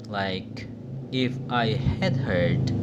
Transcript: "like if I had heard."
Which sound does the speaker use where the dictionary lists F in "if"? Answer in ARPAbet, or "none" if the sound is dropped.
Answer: F